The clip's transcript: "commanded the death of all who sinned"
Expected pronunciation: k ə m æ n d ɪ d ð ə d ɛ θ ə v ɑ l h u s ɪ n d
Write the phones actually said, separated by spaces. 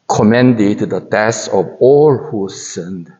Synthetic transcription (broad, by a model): k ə m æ n d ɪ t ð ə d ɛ s ə v ɑ l h u s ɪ n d